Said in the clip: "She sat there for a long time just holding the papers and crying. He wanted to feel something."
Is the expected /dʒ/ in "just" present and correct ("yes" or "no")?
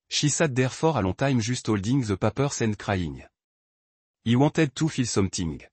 no